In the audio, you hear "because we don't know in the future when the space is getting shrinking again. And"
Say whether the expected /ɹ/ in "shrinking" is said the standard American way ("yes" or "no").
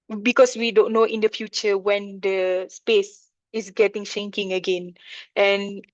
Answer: no